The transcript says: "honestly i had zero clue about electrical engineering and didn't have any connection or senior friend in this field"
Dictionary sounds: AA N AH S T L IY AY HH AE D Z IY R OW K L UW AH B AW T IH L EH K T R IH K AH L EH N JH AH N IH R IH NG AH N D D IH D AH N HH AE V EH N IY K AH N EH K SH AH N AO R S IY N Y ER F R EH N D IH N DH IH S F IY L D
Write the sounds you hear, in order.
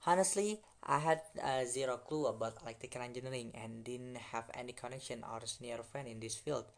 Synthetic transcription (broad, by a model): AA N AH S T L IY AY HH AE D Z IY R OW K L UW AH B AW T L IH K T IH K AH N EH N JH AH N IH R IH NG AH N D D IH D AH N HH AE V EH N IY K AH N EH K SH AH N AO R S N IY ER F R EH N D IH N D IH S F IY L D